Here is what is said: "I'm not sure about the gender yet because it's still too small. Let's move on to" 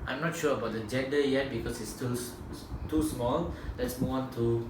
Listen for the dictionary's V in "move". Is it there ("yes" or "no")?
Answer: no